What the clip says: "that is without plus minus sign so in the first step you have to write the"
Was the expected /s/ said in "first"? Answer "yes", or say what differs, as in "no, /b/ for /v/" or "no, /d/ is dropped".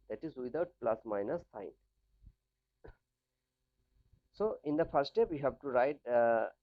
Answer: no, /s/ is dropped